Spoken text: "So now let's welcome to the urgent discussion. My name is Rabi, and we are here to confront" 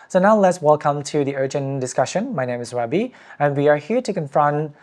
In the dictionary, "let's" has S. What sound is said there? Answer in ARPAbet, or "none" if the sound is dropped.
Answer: S